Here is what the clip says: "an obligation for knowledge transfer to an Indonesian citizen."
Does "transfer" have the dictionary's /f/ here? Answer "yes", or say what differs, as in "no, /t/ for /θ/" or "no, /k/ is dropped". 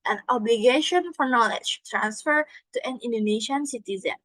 yes